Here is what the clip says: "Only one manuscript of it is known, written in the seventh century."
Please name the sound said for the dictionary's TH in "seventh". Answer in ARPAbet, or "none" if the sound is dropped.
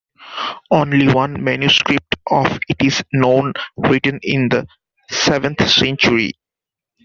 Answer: T